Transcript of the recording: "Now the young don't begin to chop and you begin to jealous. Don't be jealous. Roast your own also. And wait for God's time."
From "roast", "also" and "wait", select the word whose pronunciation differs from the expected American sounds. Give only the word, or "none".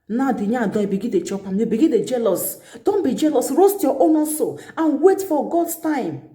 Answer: also